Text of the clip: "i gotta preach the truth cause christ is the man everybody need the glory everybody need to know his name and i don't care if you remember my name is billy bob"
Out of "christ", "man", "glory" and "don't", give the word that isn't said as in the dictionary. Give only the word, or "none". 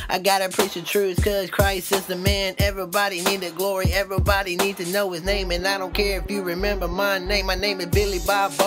christ